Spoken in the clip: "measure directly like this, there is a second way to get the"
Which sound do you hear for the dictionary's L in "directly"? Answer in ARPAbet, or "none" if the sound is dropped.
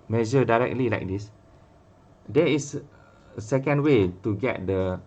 L